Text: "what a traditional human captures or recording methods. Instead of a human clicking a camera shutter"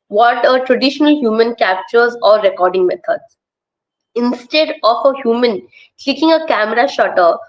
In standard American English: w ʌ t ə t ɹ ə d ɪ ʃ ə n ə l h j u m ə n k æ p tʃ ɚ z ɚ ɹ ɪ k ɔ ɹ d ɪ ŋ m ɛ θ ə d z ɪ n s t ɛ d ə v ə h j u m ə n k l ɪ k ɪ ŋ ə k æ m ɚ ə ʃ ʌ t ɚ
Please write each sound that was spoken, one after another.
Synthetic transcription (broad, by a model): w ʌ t ə t ɹ ə d ɪ ʃ ə n ə l h j u m ə n k æ p tʃ ɚ z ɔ ɹ ɪ k ɔ ɹ d ɪ ŋ m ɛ t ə d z ɪ n s t ɛ d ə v ə h j u m ə n k l ɪ k ɪ ŋ ə k æ m ɚ ə ʃ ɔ t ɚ